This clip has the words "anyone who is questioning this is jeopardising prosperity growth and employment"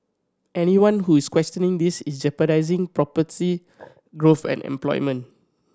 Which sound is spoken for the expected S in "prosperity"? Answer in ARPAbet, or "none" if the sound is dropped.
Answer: none